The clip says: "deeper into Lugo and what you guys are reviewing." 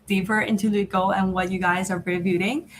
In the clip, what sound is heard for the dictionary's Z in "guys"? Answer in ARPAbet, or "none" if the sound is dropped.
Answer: Z